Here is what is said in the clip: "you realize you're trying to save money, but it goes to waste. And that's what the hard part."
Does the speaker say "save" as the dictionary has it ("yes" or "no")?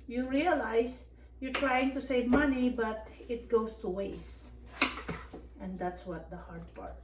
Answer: yes